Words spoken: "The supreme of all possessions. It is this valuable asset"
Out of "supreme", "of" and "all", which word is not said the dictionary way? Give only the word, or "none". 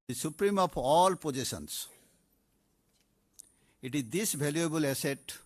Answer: of